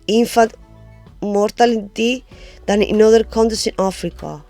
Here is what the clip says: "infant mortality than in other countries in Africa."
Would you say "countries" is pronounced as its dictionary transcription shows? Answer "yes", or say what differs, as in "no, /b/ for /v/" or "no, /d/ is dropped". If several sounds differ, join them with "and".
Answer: no, /ɹ/ is dropped and /s/ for /z/